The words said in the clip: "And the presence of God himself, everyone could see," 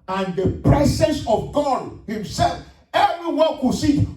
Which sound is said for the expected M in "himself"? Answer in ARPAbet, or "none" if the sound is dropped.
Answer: M